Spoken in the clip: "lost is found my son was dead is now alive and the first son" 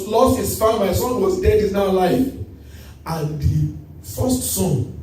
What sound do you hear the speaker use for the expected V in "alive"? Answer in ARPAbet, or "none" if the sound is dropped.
F